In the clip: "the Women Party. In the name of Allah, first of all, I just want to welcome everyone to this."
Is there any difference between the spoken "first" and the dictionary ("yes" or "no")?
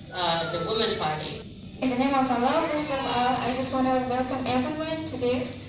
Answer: yes